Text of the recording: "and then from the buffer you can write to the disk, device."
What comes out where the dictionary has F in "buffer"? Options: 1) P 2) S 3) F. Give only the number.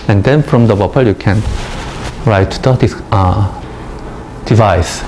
1